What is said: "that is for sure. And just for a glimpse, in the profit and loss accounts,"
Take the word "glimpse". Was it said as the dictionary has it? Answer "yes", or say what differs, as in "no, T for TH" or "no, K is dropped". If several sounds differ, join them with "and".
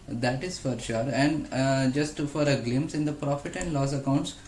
no, P is dropped